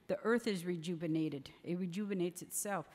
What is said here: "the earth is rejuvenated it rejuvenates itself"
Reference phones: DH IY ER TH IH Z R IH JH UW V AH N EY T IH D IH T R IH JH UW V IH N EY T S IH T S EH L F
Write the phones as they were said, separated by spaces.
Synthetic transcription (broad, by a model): DH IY ER TH IH Z R IH JH UW V AH N EY T IH D IH T R IH JH UW V IH N EY T S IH T S EH L F